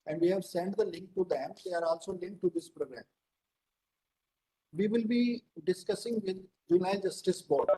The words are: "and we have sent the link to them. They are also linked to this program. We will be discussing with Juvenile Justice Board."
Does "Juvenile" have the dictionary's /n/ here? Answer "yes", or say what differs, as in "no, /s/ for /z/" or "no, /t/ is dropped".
no, /n/ is dropped